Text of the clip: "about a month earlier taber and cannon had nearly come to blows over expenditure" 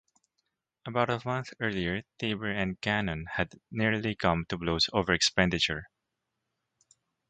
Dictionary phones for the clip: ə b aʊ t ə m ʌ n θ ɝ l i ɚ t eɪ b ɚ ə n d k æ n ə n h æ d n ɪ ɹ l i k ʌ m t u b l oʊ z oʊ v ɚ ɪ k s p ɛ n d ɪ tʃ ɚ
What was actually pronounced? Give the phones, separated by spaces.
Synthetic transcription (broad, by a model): ə b aʊ t ə m ʌ n θ ɝ l i ɚ t eɪ b ɚ ə n d k æ n ə n h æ d n ɪ ɹ l i k ʌ m t u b l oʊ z oʊ v ɚ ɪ k s p ɛ n d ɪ tʃ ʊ